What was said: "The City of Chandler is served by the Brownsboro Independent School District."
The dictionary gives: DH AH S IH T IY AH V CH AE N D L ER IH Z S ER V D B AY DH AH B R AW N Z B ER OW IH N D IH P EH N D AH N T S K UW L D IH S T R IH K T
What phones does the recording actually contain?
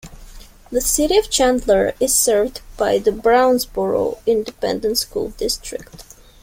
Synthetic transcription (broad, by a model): DH AH S IH T IY AH V CH AE N D L ER IH Z S ER V D B AY DH AH B R AW N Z B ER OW IH N D IH P EH N D AH N T S K UW L D IH S T R IH K T